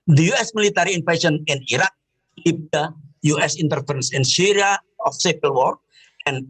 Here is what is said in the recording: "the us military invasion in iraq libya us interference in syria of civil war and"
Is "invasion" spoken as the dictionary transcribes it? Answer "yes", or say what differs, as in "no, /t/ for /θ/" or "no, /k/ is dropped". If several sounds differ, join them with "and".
no, /s/ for /ʒ/